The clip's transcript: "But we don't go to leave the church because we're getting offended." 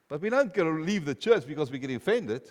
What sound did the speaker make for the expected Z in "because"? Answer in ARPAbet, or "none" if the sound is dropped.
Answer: Z